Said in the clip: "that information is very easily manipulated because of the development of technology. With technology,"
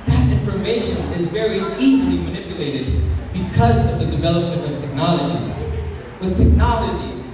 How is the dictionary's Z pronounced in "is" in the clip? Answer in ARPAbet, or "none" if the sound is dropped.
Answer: Z